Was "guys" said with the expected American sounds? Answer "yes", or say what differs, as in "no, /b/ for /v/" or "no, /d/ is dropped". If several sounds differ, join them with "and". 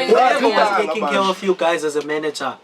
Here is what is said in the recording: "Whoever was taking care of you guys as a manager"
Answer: yes